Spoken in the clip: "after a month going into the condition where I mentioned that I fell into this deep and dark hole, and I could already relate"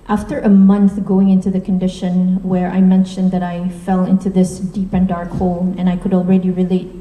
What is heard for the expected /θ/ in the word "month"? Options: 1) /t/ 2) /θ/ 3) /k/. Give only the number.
2